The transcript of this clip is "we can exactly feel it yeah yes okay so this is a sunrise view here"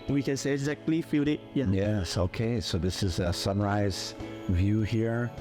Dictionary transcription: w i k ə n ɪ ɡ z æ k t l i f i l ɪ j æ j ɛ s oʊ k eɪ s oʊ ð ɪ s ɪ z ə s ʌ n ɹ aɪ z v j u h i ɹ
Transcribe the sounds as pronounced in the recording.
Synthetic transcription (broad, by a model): w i k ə n ɪ ɡ z æ k t l i f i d ɪ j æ j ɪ s oʊ k eɪ s oʊ ð ɪ s ɪ z ə s ʌ n ɹ aɪ z v j u h i ɹ